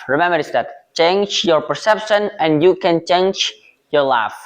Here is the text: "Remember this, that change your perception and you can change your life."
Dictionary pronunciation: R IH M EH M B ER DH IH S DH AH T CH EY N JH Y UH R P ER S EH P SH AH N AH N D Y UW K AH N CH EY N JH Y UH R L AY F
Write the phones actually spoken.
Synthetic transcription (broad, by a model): R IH M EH M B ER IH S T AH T CH EY N JH Y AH R P ER S EH P SH AH N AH N Y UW K AH N CH EY N JH Y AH R L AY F